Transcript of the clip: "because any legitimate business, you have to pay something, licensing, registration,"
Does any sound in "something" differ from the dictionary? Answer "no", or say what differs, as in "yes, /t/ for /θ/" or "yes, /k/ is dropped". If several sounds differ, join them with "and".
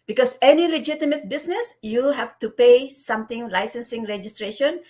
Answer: yes, /t/ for /θ/